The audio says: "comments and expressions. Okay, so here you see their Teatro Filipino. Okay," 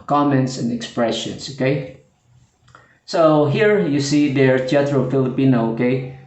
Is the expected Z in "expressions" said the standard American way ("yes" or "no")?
no